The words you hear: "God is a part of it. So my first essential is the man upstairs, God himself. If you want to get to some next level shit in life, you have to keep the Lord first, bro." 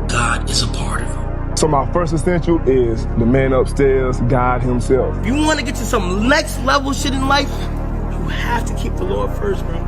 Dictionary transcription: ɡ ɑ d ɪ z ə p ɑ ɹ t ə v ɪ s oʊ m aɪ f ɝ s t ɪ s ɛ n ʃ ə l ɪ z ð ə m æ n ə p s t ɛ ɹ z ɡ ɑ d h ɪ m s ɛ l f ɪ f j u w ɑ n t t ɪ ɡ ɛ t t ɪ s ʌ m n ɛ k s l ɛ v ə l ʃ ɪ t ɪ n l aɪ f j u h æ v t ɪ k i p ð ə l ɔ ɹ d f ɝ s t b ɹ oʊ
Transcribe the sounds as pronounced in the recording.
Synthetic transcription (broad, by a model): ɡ ɑ d ɪ z ə p ɑ ɹ t ə v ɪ s oʊ m aɪ f ɝ s t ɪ s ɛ n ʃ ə l ɪ z ð ə m æ n ə p s t ɛ ɹ z ɡ ɑ d h ɪ m s ɛ l f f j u w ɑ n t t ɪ ɡ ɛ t t ɪ s ʌ m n ɛ k s l ɛ v l ʃ ɪ t ɪ n l aɪ f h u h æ f t ɪ k i p ð ə l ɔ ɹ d f ɝ s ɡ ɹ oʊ